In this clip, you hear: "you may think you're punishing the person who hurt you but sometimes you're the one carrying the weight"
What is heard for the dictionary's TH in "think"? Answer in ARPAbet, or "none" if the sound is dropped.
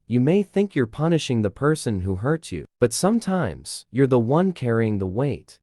TH